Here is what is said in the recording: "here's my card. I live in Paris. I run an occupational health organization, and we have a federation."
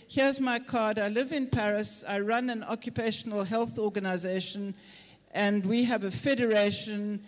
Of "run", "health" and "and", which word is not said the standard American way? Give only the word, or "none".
none